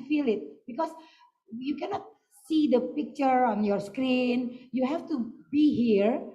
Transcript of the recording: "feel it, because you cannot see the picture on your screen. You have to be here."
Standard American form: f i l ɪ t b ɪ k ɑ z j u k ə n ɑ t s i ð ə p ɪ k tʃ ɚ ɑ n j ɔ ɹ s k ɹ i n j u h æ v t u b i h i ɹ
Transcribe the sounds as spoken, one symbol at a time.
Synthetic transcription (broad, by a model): f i l ɪ t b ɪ k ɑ s j u k ə n ɑ t s i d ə p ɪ k tʃ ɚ ɑ n j ɔ ɹ s k ɹ i n j u h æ f t u b i h i ɹ